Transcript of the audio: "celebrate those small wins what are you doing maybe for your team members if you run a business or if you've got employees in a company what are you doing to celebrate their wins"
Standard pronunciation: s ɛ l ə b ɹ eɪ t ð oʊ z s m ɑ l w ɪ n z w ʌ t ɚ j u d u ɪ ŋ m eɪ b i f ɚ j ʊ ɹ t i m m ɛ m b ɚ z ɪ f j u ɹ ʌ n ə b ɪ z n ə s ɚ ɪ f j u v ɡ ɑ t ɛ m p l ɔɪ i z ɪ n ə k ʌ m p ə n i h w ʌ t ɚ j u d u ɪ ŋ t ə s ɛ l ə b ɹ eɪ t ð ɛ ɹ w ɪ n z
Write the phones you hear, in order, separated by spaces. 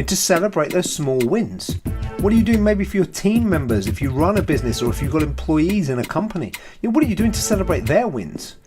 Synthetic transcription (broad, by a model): s ɛ l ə b ɹ eɪ t ð oʊ z s m ɑ l w ɪ n z w ʌ t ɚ j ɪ d u ɪ ŋ m eɪ b i f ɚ j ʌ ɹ t i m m ɛ m b ɚ z ɪ f j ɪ ɹ ʌ n ə b ɪ z n ə s ɚ ɪ f j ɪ ɡ ɑ t ɛ m p l ɔɪ i z ɪ n ə k ʌ m p ə n i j w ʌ t ɚ j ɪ d u ɪ ŋ t ə s ɛ l ə b ɹ eɪ t ð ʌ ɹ w ɪ n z